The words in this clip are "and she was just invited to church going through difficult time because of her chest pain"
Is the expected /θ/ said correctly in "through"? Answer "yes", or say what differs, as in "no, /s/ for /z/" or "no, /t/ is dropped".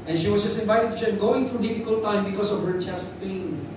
no, /f/ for /θ/